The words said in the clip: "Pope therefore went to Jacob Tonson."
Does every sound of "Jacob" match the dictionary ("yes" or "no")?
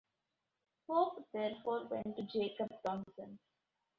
yes